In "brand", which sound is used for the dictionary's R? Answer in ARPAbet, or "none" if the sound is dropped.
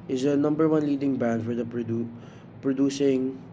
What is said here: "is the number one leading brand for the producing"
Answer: none